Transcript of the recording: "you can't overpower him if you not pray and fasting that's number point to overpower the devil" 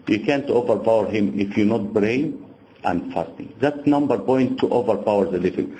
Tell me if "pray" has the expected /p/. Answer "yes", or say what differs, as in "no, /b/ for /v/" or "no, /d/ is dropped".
no, /b/ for /p/